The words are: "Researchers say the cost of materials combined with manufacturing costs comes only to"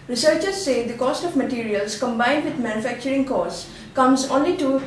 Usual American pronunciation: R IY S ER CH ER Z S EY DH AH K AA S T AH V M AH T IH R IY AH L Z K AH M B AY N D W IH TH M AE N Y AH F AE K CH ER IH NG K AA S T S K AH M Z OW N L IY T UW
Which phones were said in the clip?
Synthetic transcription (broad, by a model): R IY S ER CH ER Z S EY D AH K AA S T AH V M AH T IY R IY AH L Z K AH M B AY N D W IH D M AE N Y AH F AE K CH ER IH NG K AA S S K AH M Z OW N L IY T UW